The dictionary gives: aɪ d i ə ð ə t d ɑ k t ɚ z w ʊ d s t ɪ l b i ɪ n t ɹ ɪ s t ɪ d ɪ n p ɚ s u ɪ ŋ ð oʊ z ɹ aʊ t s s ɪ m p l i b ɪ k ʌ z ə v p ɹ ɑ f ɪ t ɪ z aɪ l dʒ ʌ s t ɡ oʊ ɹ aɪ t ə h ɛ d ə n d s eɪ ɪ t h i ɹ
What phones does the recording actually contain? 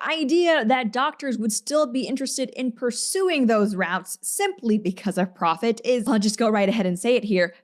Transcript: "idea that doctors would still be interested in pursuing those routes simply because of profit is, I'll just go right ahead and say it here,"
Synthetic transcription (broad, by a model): aɪ d i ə ð ə t d ɑ k t ɚ z w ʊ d s t ɪ l b i ɪ n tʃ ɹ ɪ s t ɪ d ɪ n p ɚ s u ɪ ŋ ð oʊ z ɹ aʊ t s s ɪ m p l i b ɪ k ʌ z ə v p ɹ ɑ f ɪ t ɪ z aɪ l dʒ ʌ s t ɡ oʊ ɹ aɪ t ə h ɛ d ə n s eɪ ɪ t h i ɹ